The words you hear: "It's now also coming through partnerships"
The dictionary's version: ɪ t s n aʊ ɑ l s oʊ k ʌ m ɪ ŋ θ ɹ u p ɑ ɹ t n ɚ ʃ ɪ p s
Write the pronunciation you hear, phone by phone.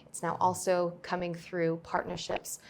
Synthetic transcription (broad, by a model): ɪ t s n aʊ ɑ l s oʊ k ʌ m ɪ ŋ θ ɹ u p ɑ ɹ t n ɚ ʃ ɪ p s